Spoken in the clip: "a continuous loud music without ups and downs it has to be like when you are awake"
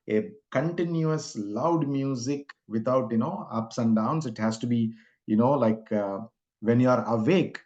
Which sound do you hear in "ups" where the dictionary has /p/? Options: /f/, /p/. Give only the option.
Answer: /p/